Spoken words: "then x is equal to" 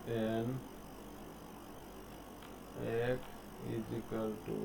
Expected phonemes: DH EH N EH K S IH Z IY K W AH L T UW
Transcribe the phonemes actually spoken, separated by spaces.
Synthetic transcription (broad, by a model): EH N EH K IH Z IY K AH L T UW